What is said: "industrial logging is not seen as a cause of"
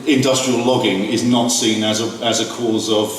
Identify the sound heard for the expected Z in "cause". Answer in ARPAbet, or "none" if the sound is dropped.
Z